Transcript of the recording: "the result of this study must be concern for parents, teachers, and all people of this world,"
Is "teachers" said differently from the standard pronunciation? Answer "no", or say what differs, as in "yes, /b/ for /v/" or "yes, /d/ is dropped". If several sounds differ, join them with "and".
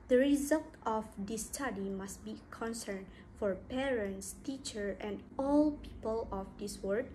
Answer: yes, /z/ is dropped